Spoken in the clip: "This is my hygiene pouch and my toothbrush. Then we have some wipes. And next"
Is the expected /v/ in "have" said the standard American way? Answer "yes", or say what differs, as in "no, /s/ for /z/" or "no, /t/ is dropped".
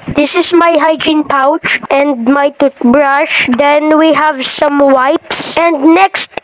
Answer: yes